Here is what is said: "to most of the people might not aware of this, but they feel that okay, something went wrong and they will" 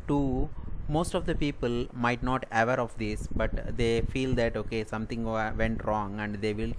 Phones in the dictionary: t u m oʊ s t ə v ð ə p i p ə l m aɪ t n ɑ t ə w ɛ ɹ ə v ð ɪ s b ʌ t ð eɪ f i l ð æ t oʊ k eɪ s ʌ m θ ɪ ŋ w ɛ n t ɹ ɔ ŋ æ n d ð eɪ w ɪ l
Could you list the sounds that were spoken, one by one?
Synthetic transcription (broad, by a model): t u m oʊ s t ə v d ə p i p ə l m aɪ t n ɑ t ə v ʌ ɹ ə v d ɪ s b ʌ t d eɪ f i l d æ t oʊ k eɪ s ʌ m t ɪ ŋ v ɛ n t ɹ ɔ ŋ æ n d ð eɪ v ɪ l